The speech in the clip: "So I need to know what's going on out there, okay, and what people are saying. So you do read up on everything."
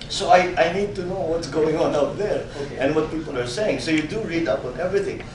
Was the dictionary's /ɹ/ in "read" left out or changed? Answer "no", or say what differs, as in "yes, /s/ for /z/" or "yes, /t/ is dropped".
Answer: no